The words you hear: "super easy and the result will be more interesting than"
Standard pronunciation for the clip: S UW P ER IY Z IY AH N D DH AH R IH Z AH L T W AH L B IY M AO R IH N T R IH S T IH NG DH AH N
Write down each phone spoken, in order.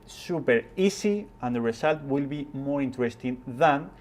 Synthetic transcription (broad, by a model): S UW P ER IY S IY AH N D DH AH R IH S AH L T W AH L B IY M AO R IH N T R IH S T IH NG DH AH N